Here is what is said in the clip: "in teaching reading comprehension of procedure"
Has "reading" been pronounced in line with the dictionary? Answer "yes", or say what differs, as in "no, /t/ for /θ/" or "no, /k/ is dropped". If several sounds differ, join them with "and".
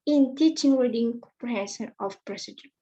no, /w/ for /ɹ/